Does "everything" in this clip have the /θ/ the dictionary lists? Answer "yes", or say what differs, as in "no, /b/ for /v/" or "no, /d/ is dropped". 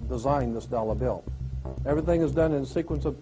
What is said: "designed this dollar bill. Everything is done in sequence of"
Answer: yes